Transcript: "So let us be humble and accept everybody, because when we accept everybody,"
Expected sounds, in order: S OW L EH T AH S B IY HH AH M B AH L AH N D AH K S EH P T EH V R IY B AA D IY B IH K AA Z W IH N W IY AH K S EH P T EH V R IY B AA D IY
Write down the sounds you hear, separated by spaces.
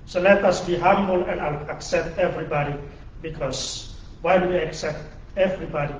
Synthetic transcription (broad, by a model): S OW L EH T AH S B IY HH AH M B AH L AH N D AH K S EH P T EH V R IY B AA D IY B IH K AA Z W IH L W IY AH K S EH P T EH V R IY B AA D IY